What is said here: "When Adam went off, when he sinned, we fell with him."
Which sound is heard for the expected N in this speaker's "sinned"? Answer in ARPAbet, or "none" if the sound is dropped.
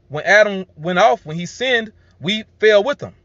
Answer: N